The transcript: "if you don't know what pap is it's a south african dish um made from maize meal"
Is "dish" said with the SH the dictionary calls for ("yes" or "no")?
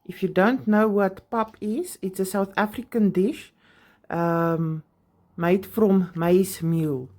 yes